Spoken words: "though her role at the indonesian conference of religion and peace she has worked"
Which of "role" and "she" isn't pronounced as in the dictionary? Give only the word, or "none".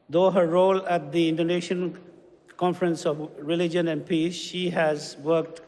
none